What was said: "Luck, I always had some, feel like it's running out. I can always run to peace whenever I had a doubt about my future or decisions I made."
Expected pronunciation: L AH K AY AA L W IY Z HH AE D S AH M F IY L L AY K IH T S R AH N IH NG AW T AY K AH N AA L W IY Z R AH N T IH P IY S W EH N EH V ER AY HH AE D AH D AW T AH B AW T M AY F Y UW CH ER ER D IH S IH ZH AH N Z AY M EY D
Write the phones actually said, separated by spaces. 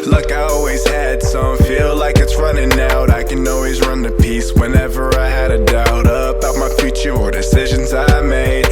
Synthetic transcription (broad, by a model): L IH K AY AA L W IY Z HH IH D S AH M F IY L L AY K IH T S R AH N IH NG AW T AY K AH N AA L W IY Z R AH N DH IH P IY S W EH N EH V ER AY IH D AH D AW T AH B AW T M AY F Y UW CH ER ER D IH S IH ZH AH N Z AY M EY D